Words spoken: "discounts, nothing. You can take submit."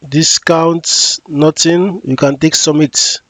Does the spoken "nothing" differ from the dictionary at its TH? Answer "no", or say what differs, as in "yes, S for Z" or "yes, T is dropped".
yes, T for TH